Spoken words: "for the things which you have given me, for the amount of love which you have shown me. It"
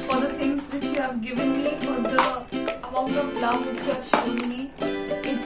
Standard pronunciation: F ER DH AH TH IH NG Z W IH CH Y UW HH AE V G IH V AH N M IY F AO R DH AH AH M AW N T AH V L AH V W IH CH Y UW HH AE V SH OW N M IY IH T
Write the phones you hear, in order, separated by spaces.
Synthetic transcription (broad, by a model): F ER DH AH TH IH NG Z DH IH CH Y UW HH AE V G IH V AH N M IY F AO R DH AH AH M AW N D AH P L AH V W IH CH Y UW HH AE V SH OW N M IY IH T